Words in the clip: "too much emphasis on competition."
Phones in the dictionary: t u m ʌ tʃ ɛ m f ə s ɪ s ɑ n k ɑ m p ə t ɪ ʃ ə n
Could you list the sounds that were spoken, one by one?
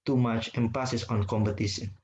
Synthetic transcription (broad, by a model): t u m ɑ tʃ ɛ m p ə s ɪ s ɑ n k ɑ m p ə t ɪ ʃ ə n